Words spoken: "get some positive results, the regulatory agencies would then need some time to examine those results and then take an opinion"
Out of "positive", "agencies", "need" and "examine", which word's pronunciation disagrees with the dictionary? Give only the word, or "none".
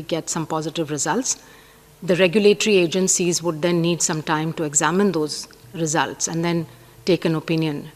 none